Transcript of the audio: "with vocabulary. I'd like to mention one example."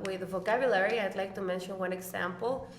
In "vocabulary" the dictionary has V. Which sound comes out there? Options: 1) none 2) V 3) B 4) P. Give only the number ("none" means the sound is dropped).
2